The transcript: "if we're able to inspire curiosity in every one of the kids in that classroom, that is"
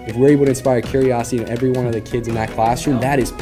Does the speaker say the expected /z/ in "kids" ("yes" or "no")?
yes